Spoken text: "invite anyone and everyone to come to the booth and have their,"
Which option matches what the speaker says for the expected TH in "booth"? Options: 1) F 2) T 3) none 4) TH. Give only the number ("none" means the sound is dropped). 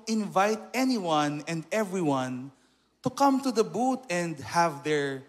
2